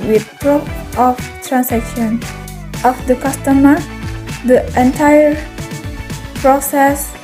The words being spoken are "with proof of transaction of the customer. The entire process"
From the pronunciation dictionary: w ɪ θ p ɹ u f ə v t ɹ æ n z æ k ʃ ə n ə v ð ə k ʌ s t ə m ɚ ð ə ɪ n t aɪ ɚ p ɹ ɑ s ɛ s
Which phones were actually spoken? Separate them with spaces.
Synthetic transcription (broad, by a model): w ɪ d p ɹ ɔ p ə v t ɹ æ n s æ k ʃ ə n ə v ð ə k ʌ s t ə m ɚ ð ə ɪ n t aɪ ɚ p ɹ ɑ s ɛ s